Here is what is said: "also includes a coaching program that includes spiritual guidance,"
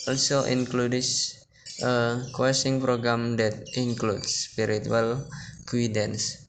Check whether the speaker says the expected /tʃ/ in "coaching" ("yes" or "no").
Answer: no